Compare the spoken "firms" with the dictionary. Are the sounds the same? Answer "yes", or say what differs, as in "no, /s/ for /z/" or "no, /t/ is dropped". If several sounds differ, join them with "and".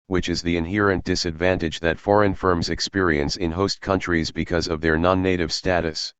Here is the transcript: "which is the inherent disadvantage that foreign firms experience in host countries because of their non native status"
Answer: yes